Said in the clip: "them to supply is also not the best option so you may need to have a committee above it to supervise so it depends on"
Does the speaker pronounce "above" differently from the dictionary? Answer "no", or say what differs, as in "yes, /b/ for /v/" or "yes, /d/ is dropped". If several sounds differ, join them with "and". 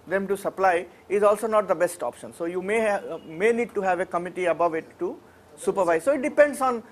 no